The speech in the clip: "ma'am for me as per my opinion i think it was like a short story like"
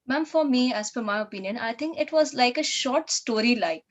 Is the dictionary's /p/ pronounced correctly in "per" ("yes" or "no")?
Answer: no